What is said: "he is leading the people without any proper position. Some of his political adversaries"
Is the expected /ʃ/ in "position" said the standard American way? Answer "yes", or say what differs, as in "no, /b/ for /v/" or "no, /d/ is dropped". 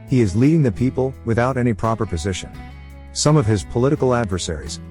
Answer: yes